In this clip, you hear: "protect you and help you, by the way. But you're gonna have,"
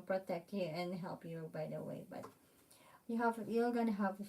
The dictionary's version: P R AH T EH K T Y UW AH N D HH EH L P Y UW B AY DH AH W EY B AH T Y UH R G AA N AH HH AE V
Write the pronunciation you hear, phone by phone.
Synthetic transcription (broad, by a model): P R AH T EH K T Y UW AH N HH EH L P Y UW B AY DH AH W EY B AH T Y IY L G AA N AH HH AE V